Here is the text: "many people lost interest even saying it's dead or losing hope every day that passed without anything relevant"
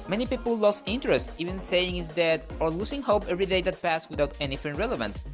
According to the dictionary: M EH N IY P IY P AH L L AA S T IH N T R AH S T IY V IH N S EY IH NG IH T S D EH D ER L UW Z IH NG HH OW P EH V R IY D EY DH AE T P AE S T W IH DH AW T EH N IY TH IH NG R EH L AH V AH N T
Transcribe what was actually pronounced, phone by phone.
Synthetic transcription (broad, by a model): M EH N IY P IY P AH L L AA S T IH N T R AH S T IY V IH N S EY IH NG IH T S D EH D ER L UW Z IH NG HH OW P EH V R IY D EY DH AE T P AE S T W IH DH AW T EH N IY F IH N R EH L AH V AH N T